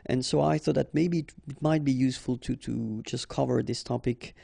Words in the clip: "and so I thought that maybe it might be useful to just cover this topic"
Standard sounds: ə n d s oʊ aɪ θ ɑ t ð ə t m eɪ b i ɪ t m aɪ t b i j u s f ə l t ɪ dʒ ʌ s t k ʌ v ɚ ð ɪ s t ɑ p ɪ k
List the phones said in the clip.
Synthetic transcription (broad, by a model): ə n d s oʊ aɪ θ ɑ t ð ə t m eɪ b i ɪ t m aɪ t b i j u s f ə l t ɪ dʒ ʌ s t k ʌ v ɚ ð ɪ s t ɑ p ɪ k